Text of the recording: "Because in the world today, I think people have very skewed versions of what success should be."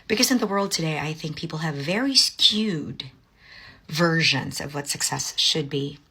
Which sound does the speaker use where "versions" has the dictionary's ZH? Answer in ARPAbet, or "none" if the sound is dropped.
ZH